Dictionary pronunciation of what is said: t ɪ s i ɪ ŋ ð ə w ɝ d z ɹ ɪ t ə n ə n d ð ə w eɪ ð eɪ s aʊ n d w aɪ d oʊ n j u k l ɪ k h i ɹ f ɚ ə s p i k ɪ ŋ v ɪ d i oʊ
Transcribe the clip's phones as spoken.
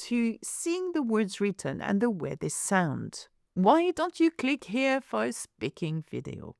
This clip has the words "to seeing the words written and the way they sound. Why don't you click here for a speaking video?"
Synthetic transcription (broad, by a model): t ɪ s i ɪ ŋ ð ə w ɝ d z ɹ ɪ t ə n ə n ð ə w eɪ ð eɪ s aʊ n d w aɪ d oʊ n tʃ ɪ k l ɪ k h i ɹ f ɚ ə s p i k ɪ ŋ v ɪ d i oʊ